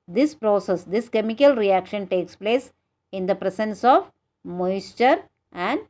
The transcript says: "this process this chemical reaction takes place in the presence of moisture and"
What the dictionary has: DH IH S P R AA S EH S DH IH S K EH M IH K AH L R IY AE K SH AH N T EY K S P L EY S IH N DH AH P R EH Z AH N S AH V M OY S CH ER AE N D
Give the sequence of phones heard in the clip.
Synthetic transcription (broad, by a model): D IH S P R AA S EH S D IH S K EH M IH K AH L R IY AE K SH AH N T EY K S P L EY S IH N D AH P R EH S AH N S AH V M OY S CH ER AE N D